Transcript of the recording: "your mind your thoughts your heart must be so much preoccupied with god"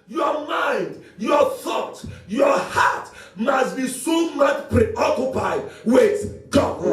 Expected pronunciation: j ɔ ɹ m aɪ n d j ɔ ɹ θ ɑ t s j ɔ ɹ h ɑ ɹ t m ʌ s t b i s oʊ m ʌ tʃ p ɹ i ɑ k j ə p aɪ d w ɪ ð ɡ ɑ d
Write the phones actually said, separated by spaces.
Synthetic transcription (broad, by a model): j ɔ m aɪ n d j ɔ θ ɑ t j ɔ h ɑ t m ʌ s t b i s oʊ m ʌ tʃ p ɹ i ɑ k j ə p aɪ d w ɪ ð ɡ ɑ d